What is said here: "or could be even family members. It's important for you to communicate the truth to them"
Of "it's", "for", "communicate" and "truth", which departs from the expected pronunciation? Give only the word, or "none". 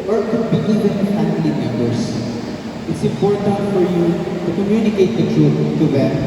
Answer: truth